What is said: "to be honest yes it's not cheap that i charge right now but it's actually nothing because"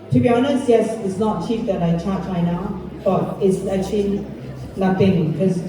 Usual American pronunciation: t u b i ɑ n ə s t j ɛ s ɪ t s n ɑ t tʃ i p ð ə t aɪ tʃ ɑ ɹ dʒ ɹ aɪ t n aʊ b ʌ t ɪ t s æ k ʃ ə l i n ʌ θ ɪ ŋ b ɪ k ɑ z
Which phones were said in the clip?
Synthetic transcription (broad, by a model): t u b i ɑ n ə s t j ɛ s ɪ t s n ɑ t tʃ i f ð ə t aɪ tʃ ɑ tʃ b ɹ aɪ n aʊ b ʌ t ɪ t s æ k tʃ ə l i l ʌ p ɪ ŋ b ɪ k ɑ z